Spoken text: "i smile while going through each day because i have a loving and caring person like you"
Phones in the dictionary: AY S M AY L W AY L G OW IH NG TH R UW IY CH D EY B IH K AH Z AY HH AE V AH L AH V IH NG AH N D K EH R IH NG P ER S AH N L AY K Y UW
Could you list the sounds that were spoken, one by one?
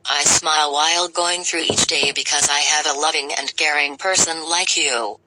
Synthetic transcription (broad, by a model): AY S M AY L W AY L G OW IH NG TH R UW IY CH D EY B IH K AH Z AY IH V AH L AH V IH NG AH N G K EH R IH NG P ER S AH N L AY K Y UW